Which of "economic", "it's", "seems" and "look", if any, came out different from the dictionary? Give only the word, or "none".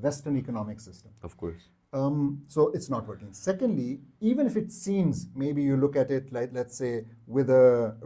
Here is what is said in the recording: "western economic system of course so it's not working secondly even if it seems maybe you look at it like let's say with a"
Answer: none